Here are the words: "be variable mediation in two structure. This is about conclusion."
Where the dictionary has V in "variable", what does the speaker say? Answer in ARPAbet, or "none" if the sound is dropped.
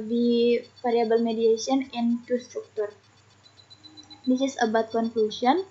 F